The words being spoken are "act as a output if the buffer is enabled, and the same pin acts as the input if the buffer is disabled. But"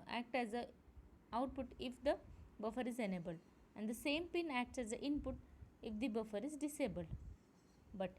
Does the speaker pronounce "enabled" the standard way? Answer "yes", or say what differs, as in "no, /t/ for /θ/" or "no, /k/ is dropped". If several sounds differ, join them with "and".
no, /d/ is dropped